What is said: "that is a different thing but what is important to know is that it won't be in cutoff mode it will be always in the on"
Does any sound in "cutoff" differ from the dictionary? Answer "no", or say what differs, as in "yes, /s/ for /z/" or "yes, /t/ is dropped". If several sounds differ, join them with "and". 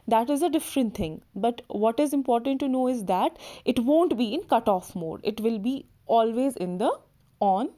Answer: no